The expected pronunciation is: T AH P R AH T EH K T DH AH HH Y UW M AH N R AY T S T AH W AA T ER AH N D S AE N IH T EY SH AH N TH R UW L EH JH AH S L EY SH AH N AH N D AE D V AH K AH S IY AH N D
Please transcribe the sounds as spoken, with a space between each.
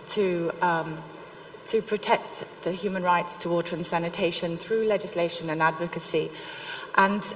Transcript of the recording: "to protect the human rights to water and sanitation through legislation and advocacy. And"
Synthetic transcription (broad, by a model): T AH P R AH T EH K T DH AH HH Y UW M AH N R AY T S T AH W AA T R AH N S AE N IH T EY SH AH N TH R UW L EH JH AH S L EY SH AH N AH N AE D V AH K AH S IY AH N